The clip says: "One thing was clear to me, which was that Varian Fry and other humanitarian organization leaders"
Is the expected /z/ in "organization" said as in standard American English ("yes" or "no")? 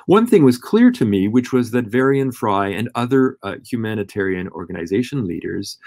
yes